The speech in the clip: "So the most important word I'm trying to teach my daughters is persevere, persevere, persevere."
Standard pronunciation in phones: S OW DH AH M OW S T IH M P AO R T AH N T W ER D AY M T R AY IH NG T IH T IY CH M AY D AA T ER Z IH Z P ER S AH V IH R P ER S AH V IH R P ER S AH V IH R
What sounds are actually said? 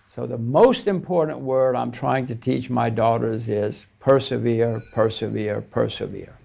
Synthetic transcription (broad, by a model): S OW DH AH M OW S T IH M P AO R T N T W ER D AY M T R AY IH NG T IH T IY CH M AY D AA T ER Z IH Z P ER S AH V IH R P ER S AH V IH R P ER S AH V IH R